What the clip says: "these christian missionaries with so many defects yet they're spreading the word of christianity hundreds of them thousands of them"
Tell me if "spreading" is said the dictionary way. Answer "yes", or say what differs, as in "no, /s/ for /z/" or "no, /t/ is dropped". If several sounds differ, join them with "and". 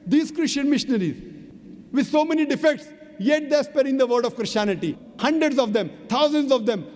no, /ɹ/ is dropped